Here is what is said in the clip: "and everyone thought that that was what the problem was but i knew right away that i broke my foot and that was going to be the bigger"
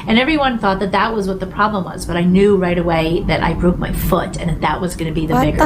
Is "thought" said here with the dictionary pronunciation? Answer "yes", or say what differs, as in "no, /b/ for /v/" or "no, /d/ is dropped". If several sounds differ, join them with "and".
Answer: yes